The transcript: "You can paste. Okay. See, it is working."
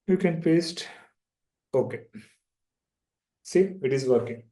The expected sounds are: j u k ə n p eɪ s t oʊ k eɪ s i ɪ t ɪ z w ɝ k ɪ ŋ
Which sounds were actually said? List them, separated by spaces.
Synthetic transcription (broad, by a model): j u k ə n p eɪ s t oʊ k eɪ s i ɪ t ɪ z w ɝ k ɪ ŋ